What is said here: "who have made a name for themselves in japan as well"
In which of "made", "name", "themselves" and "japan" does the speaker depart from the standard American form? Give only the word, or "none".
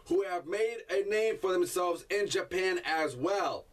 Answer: none